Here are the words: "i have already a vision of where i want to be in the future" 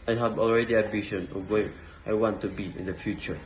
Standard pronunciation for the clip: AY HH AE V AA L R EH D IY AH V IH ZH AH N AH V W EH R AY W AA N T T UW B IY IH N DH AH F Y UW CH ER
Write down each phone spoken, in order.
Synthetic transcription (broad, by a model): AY HH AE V AA L R EH D IY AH B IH SH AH N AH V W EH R AY W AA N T T UW B IY IH N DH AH F Y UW CH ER